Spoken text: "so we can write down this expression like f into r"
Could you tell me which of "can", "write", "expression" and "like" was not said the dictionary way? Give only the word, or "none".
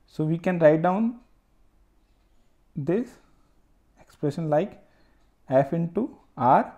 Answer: none